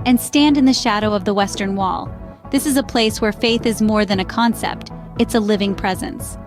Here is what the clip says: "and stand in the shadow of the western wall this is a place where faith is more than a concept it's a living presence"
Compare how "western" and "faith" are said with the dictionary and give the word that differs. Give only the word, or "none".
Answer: none